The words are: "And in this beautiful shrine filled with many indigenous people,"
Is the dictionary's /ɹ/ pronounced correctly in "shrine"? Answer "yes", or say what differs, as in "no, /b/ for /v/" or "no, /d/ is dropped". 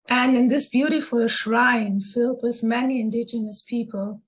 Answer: yes